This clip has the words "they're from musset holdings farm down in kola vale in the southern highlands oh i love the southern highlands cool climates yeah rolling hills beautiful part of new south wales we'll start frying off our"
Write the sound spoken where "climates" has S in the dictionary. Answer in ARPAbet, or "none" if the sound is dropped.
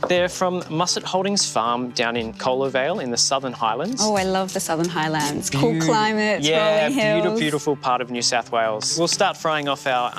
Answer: none